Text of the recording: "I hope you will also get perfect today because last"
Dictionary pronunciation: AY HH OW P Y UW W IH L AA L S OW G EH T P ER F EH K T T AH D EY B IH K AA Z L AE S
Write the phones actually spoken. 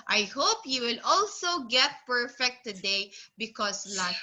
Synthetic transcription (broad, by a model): AY HH OW P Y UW W IH L AA L S OW G EH T P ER F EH K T T AH D EY B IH K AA S L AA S